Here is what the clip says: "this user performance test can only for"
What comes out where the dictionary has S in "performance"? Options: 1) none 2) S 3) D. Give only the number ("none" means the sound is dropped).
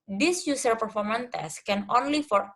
1